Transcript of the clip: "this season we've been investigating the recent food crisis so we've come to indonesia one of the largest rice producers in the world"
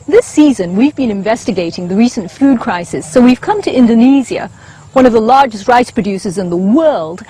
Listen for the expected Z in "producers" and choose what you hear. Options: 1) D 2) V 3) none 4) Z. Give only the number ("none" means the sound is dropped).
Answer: 4